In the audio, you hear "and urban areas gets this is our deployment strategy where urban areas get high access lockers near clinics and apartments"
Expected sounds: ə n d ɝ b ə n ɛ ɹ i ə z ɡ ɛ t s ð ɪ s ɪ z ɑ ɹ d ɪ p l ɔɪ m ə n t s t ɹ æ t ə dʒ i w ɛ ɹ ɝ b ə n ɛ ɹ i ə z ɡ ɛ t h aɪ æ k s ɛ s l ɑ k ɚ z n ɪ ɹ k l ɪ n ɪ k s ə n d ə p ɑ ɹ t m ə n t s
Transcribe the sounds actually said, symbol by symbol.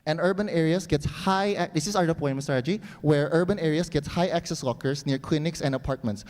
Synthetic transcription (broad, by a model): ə n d ɝ b ə n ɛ ɹ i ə s ɡ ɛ t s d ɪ s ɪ s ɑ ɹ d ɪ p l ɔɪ ə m s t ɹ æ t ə dʒ i w ɛ ɹ ɝ b ə n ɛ ɹ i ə s ɡ ɛ t h aɪ æ k s ɛ s w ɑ k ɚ s n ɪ ɹ k l ɪ n ɪ k s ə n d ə p ɑ ɹ t m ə n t s